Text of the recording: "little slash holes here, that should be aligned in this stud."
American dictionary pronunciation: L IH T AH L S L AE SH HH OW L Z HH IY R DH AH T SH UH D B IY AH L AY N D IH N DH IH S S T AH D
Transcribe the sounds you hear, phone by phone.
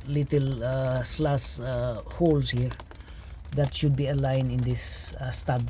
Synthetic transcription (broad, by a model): L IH T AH L S L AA S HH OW L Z HH IY R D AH T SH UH D B IY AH L AY N IH N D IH S S T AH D